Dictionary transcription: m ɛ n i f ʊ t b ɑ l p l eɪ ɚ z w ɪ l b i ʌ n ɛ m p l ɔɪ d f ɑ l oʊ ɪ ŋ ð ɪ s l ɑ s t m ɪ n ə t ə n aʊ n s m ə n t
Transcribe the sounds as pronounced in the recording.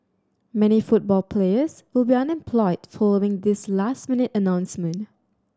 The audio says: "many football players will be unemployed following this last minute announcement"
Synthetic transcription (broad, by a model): m ɛ n i f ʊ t b ɑ l p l eɪ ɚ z w ɪ l b i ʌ n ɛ m p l ɔɪ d f ɑ l oʊ ɪ ŋ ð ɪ s l ɑ s t m ɪ n ə t ə n aʊ n s m ə n t